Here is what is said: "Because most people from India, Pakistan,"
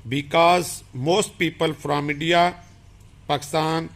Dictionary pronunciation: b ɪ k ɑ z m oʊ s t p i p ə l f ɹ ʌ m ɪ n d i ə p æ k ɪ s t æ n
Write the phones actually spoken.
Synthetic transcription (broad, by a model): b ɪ k ɑ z m oʊ s t p i p ə l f ɹ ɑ m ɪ d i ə p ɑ k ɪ s t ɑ n